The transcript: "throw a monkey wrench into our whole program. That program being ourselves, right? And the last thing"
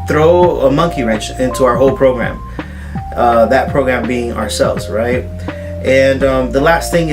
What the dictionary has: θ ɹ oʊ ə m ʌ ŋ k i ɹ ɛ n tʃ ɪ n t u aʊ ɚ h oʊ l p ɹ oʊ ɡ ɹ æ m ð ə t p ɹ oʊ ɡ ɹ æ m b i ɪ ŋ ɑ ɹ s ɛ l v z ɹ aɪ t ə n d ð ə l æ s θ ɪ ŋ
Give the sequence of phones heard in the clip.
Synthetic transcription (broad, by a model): θ ɹ oʊ ə m ʌ ŋ k i ɹ ɛ n tʃ ɪ n t u aʊ ɚ h oʊ l p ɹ oʊ ɡ ɹ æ m ð ə t p ɹ oʊ ɡ ɹ æ m b i ɪ ŋ ɑ ɹ s ɛ l v z ɹ aɪ t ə n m ð ə l æ s θ ɪ ŋ